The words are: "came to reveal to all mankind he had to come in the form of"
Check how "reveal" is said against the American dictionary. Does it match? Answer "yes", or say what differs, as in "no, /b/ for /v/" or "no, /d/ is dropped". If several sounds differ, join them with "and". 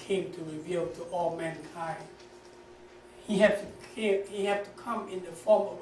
yes